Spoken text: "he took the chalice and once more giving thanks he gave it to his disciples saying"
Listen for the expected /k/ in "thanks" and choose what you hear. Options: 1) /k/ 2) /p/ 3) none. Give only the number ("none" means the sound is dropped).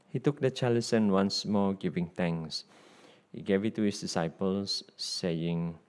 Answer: 3